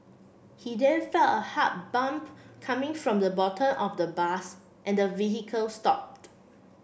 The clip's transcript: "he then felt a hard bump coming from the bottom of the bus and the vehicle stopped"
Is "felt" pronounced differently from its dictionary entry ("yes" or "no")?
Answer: yes